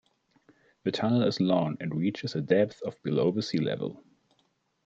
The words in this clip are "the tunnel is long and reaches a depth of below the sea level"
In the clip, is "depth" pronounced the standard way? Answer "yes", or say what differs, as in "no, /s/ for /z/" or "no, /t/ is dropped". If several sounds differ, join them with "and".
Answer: yes